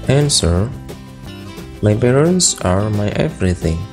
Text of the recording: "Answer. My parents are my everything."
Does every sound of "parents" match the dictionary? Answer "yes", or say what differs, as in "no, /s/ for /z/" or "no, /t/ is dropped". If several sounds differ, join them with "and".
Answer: no, /b/ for /p/